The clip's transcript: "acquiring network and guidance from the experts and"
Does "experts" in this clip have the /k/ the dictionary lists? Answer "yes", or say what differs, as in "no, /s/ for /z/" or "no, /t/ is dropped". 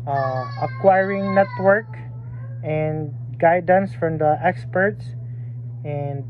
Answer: yes